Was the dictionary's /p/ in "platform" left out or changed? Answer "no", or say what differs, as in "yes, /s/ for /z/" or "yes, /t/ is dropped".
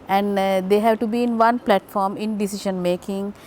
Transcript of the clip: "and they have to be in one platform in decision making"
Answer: no